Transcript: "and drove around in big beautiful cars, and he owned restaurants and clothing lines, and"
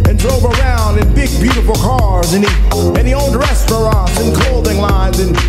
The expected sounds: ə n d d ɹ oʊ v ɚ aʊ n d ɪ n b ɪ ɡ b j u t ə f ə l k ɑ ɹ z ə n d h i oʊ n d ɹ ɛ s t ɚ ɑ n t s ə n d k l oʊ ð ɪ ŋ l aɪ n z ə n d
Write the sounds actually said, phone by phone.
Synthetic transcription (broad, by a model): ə n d d ɹ oʊ v ɚ aʊ n d ɪ n b ɪ ɡ b j u t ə f l k ɑ ɹ z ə n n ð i oʊ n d ɹ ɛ s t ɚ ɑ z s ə n k oʊ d ɪ ŋ l aɪ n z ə n